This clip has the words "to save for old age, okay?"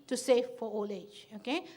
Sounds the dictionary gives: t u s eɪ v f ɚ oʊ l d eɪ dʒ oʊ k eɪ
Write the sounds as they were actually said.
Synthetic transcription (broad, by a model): t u s eɪ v f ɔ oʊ l eɪ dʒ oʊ k eɪ